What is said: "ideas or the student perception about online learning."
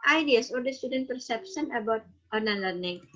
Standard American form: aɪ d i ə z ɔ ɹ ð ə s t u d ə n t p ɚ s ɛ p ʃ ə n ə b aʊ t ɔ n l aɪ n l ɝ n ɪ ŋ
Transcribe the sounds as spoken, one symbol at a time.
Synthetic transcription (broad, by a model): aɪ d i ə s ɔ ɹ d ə s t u d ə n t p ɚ s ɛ p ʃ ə n ə b aʊ t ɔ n aɪ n l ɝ n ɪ ŋ